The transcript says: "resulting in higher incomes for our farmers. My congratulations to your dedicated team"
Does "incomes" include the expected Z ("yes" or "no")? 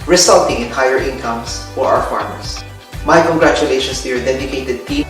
no